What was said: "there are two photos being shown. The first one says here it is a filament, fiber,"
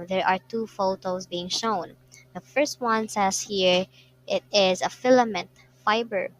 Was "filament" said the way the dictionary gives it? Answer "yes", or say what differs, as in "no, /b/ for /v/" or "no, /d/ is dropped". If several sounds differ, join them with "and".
yes